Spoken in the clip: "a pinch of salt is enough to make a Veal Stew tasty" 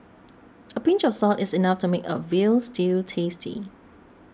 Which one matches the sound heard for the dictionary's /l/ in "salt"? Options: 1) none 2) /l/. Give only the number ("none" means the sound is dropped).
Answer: 2